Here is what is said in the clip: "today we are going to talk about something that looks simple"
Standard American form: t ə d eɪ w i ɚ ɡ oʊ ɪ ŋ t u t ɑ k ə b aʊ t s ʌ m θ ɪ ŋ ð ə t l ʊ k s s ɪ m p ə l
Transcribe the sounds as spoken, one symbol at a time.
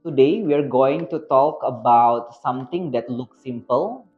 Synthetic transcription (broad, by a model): t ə d eɪ w i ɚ ɡ oʊ ɪ ŋ t u t ɑ k ə b aʊ t s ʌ m t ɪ ŋ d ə t l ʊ k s s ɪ m p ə l